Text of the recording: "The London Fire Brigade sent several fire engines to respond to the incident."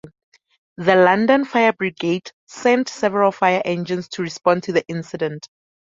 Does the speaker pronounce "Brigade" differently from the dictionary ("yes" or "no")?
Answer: no